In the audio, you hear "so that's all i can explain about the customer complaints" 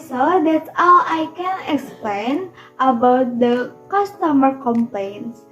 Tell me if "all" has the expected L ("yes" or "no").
no